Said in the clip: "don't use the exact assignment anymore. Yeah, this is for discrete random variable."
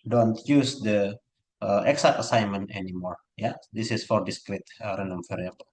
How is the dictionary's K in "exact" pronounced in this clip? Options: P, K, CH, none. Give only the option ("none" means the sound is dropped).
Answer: none